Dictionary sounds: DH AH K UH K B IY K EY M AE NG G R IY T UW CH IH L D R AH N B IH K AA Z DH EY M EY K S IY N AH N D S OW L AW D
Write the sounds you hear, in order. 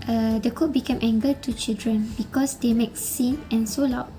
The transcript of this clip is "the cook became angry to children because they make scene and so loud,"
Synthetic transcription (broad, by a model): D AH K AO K B IY K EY M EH NG G IY T UW CH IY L D R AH N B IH K AA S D EY M EY K S IY N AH N S OW L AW